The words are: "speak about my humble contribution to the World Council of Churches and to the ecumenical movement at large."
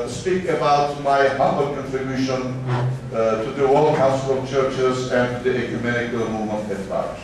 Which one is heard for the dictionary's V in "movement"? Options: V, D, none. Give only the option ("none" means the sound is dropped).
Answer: none